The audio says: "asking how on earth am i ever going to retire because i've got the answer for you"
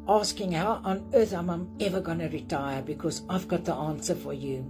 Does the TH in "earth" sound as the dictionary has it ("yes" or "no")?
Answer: yes